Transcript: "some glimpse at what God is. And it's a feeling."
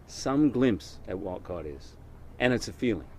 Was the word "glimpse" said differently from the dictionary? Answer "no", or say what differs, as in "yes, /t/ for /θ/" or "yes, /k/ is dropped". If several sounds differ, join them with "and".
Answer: no